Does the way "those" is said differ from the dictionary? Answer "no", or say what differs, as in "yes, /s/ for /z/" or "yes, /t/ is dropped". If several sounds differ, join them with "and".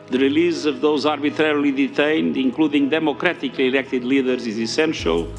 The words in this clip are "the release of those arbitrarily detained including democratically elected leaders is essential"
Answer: no